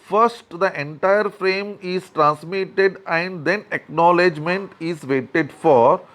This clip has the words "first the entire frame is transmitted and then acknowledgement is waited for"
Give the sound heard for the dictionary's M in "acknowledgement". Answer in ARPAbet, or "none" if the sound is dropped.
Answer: M